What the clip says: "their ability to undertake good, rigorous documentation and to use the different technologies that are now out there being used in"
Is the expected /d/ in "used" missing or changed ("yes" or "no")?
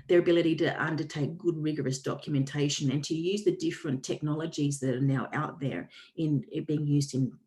no